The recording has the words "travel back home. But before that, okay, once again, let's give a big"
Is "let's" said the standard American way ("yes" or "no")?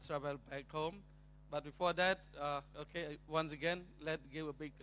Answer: no